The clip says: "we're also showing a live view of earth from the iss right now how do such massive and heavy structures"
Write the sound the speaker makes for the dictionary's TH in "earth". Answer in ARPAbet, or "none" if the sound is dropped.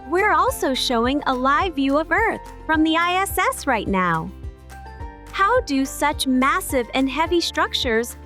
TH